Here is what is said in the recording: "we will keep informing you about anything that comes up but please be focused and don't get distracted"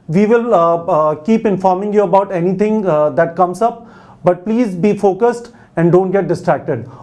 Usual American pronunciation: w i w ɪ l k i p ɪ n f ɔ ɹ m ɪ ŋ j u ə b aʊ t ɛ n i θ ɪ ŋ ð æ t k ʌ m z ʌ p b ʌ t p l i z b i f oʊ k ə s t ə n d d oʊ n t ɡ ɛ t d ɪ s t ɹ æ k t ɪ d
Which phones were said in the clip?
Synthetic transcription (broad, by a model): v i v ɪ l k i p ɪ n f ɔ ɹ m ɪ ŋ j u ə b aʊ t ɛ n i t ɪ ŋ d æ t k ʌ m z ʌ p b ʌ t p l i z b i f oʊ k ə s t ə n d d oʊ n t ɡ ɛ t d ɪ s t ɹ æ k t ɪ d